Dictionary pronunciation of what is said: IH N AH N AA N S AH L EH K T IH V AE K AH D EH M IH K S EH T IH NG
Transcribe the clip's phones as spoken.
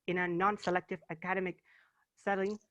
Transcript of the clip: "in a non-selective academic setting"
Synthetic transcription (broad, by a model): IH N AH N AA N S AH L EH K T IH V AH K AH D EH M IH K S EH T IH NG